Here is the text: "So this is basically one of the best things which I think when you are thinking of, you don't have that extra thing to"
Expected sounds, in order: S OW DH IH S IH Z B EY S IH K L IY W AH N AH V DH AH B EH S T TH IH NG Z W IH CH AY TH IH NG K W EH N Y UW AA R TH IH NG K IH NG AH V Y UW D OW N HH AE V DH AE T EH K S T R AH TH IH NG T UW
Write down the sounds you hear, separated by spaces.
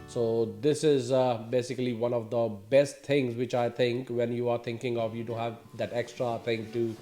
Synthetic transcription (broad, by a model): S OW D IH S IH Z B EY S IH K L IY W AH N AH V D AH B EH S T T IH NG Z W IH CH AY T IH NG K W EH N Y UW AA R T IH NG K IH NG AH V Y UW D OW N HH AE V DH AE T EH K S T R AH T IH NG T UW